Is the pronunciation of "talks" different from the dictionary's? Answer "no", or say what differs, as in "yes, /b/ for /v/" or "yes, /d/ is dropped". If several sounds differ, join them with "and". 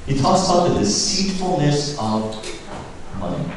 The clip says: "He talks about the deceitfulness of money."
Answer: yes, /k/ is dropped